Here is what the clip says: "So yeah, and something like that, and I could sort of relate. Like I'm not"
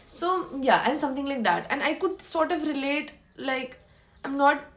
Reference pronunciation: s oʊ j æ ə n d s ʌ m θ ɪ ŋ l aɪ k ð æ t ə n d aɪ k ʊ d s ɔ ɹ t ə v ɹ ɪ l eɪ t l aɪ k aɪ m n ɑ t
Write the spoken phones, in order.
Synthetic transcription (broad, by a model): s oʊ j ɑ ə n s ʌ m t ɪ ŋ l aɪ k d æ t ə n d aɪ k ʊ d s ɔ ɹ t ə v ɹ ɪ l eɪ t l aɪ k aɪ m n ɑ t